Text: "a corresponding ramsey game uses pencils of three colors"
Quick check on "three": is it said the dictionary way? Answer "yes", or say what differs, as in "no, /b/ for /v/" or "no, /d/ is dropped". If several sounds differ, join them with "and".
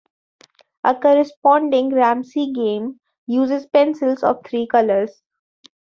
no, /t/ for /θ/